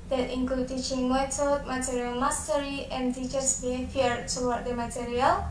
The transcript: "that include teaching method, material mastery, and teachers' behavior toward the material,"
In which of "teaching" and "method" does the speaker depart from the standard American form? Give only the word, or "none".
method